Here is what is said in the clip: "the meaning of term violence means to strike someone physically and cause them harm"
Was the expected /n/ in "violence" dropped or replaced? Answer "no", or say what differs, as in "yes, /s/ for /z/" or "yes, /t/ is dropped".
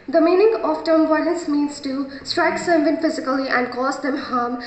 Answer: yes, /n/ is dropped